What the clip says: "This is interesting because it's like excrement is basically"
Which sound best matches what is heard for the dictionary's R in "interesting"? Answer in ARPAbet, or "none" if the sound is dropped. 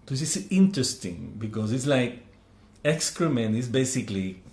R